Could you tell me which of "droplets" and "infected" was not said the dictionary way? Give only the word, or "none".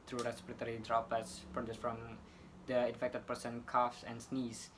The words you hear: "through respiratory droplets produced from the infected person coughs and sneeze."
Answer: droplets